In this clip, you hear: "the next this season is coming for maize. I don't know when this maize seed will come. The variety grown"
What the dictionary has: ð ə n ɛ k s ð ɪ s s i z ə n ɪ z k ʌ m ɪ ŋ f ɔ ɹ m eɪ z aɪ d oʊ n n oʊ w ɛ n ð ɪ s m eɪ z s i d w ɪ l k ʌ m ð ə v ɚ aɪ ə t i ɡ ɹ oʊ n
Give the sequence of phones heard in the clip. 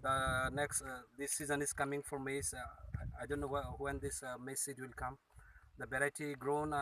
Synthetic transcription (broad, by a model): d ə n ɛ k s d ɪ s s i z ə n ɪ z k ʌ m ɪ ŋ f ɔ ɹ m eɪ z aɪ d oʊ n n oʊ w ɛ n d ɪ s m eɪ s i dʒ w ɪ l k ʌ m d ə b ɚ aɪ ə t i ɡ ɹ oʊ n